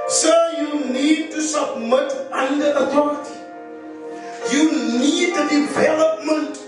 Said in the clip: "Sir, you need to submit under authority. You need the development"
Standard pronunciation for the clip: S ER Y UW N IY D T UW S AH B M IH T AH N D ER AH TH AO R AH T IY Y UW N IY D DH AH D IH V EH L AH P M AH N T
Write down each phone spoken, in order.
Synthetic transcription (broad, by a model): S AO Y UW N IY D T UW S AH B M IH T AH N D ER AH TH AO R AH T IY Y UW N IY D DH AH D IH V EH L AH P M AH N T